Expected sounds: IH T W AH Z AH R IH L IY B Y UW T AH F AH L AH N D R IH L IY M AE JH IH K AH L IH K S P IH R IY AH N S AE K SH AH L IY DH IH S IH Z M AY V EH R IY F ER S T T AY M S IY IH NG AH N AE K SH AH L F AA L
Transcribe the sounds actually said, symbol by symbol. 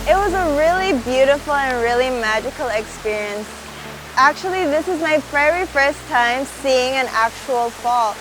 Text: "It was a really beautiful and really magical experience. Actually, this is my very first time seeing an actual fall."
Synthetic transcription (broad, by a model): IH T W AH Z AH R IH L IY B Y UW T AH F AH L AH N R IH L IY M AE JH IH K L IH K S P IH R IY AH N S AE K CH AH L IY DH IH S IH Z M AY V EH R IY F ER S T T AY M S IY IH NG AH N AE K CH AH L F AA L